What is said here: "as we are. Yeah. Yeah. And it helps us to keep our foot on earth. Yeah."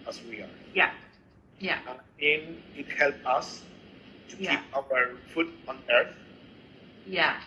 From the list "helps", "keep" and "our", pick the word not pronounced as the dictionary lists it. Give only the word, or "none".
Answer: helps